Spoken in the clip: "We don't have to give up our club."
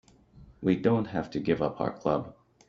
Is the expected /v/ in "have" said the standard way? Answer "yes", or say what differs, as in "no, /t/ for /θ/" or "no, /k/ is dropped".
no, /f/ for /v/